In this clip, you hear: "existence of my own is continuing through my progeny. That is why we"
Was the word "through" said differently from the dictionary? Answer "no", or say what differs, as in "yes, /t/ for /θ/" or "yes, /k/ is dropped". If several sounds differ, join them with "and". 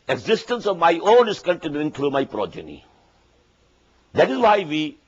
yes, /t/ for /θ/